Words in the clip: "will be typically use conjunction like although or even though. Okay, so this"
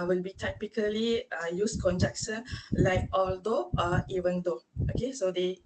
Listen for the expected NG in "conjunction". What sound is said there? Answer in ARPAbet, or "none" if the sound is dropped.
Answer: none